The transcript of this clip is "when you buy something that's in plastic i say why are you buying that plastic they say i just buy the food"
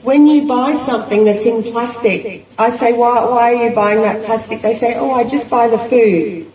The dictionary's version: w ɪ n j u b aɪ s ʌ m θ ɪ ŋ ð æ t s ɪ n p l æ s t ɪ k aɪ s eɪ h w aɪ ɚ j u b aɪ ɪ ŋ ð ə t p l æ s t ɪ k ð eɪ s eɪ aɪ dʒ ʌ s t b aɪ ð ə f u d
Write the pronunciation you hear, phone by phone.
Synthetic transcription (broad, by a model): w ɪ n j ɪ b aɪ s ʌ m θ ɪ ŋ ð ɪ t s ɪ n p l æ s t ɪ k aɪ s eɪ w w aɪ ɚ j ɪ b aɪ ɪ ŋ ð ə t p l æ s t ɪ k ð eɪ s eɪ aɪ dʒ ʌ s b aɪ ð ə f u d